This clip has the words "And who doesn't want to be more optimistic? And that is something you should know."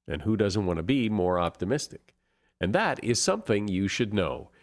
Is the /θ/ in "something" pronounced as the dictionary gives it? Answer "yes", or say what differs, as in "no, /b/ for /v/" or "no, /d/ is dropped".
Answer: yes